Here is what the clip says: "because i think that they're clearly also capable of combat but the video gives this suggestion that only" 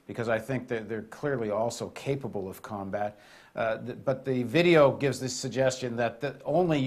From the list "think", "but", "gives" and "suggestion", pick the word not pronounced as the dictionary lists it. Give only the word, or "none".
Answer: none